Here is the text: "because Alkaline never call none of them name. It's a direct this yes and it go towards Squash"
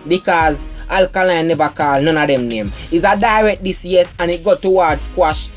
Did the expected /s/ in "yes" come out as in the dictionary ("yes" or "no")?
no